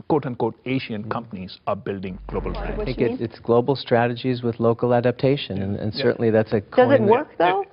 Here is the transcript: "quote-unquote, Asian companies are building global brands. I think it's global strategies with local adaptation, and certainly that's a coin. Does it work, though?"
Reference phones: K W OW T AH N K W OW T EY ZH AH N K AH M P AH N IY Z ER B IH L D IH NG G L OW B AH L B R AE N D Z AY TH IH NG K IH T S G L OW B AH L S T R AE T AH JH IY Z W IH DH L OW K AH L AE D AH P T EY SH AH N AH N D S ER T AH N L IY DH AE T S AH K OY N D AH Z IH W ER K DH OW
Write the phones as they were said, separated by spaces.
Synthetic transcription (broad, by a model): K OW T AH N K OW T EY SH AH N K AH M P AH N IY Z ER B IH L D IH NG G L OW B AH L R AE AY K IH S IH T S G L OW B L S T R AE T AH JH IY Z W IH DH L OW K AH L AE D AH P T EY SH AH N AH N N S ER T N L IY DH AE T S AH K D AH Z IH W ER K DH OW